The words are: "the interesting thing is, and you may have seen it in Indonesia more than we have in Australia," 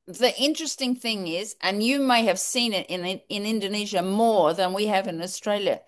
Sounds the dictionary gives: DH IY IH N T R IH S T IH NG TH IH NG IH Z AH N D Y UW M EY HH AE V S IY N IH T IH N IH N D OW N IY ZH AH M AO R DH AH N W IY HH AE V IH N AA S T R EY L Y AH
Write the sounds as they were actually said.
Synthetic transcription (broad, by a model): DH IY IH N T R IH S T IH NG TH IH NG IH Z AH N Y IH M EY HH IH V S IY N IH T IH N IH N D OW N IY ZH AH M AO R DH AH N W IY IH V IH N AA S T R EY L Y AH